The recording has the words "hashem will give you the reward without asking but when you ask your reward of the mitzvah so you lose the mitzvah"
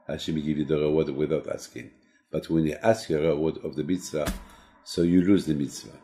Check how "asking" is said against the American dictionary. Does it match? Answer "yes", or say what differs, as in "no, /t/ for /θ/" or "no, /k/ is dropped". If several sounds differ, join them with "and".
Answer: yes